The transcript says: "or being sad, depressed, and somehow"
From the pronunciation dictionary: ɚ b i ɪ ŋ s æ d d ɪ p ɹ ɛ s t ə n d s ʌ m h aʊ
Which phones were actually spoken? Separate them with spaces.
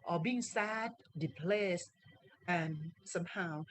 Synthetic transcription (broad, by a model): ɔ b i ɪ ŋ s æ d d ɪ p l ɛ s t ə n s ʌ m h aʊ